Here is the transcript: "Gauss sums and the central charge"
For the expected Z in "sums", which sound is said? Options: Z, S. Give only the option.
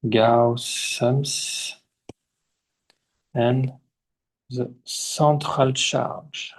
S